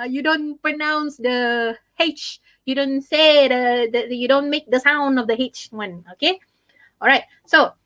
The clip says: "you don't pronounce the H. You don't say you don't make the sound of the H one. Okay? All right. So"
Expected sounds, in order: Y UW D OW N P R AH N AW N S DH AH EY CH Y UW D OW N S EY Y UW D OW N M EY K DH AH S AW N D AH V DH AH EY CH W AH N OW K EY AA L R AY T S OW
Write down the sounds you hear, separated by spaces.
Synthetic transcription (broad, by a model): Y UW D OW N P R AH N AW N S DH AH EY CH Y UW D OW N S EY Y UW D OW N M EY K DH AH S AW N D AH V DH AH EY CH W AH N OW K EY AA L R AY T S OW